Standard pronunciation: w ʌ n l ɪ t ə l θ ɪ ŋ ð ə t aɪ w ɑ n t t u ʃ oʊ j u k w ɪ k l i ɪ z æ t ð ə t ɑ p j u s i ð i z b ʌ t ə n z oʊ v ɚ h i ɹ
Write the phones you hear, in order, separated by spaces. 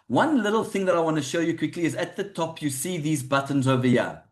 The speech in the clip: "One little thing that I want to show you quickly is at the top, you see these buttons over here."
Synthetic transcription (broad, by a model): w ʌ n l ɪ t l θ ɪ ŋ ð ə t aɪ w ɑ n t t u ʃ oʊ j u k w ɪ k l i ɪ z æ t ð ə t ɑ p j u s i ð i z b ʌ t ə n z oʊ v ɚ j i